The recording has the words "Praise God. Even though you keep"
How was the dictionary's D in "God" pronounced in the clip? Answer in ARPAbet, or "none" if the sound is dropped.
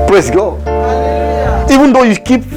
none